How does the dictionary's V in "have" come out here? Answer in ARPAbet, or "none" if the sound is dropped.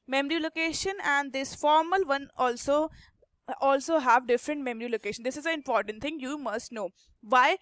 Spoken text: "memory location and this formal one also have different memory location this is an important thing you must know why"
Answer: V